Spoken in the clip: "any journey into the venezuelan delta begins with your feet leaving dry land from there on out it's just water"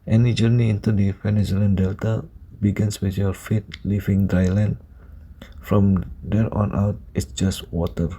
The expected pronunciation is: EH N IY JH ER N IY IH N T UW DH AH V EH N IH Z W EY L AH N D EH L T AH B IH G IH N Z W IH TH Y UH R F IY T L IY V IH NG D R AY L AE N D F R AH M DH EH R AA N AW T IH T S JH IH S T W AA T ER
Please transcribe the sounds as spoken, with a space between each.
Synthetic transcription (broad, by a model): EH N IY JH ER N IY IH N T UW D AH F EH N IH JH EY L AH N D EH L T AH B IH G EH N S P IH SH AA L F IY T L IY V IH NG D R AY L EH N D F R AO M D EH R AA N AW T IH T S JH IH S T W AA T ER